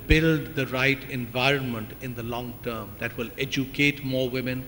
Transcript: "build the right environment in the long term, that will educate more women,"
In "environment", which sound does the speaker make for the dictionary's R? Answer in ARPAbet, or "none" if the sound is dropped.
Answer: R